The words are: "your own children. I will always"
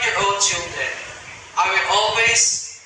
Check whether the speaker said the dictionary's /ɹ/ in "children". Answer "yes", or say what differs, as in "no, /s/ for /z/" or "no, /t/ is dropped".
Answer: no, /ɹ/ is dropped